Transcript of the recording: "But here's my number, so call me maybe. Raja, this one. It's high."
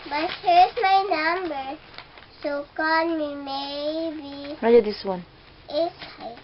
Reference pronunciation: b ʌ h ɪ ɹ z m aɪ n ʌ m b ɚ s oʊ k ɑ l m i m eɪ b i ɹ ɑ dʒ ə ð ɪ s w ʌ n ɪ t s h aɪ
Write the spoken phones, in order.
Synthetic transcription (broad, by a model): b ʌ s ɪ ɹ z m aɪ n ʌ m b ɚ s oʊ k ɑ n m i m eɪ b i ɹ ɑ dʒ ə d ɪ s w ʌ n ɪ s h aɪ